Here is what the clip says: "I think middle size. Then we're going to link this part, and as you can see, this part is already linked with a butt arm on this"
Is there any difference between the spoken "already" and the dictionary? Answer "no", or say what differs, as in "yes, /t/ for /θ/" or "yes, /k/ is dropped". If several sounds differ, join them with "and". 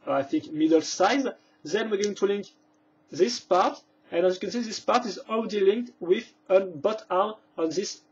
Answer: yes, /w/ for /ɹ/